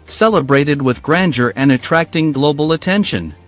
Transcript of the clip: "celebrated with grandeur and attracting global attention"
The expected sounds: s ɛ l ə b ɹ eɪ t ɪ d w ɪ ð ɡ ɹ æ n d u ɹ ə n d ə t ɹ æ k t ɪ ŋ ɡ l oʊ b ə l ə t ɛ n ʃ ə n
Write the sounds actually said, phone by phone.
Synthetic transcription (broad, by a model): s ɛ l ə b ɹ eɪ t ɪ d w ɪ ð ɡ ɹ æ n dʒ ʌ ɹ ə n ə t ɹ æ k t ɪ ŋ ɡ l oʊ b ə l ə t ɛ n ʃ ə n